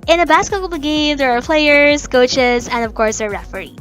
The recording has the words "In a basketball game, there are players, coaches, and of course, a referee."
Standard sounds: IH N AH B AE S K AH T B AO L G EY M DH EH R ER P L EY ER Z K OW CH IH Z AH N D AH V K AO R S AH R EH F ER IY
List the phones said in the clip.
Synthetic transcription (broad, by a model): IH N AH B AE S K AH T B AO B G EY M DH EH R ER P L EY ER Z K OW CH IH Z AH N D AH V K AO R S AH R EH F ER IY